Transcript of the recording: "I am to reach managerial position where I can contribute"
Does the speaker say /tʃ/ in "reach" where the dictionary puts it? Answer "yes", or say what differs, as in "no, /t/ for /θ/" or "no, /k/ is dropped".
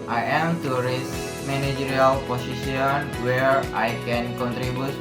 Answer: no, /s/ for /tʃ/